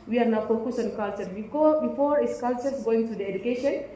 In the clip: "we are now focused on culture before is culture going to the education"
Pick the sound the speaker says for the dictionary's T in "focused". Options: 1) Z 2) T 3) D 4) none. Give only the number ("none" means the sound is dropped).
4